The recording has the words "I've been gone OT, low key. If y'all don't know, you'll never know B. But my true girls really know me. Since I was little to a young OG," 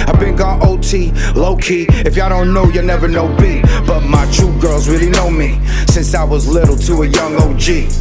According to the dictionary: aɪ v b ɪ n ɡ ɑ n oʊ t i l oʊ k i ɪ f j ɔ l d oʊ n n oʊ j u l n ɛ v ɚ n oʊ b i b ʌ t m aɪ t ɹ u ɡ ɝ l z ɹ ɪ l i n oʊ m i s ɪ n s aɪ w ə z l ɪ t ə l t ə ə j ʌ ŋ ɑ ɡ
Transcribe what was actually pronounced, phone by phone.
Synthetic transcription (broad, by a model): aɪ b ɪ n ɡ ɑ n oʊ t i l oʊ k i ɪ f j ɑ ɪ d oʊ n n oʊ j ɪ n ɛ v ɚ n oʊ b i b ʌ t m aɪ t u ɡ ɝ l z ɹ ɪ l i n oʊ m i s ɪ n s aɪ w ə z l ɪ t l t ə ə j ʌ ŋ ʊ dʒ